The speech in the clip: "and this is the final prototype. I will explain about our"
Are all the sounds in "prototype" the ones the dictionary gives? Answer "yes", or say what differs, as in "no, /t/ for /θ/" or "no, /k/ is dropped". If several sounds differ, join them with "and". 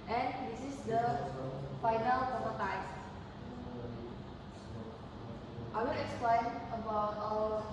no, /ɹ/ is dropped